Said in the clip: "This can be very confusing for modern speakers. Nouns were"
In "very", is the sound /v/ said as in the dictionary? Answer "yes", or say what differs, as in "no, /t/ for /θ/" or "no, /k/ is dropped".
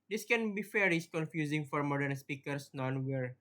no, /f/ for /v/